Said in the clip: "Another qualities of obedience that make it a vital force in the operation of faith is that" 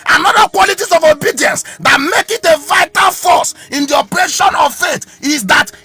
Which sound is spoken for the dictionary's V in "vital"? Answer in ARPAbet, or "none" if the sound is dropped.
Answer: V